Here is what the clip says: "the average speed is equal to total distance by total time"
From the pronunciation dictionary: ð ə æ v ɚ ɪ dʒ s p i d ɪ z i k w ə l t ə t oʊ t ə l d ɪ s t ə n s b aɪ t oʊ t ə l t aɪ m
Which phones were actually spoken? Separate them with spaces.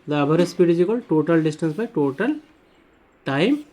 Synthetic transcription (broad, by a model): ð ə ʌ b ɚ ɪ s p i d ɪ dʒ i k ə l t t oʊ t ə l d ɪ s t ə n s b aɪ t oʊ t ə l t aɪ m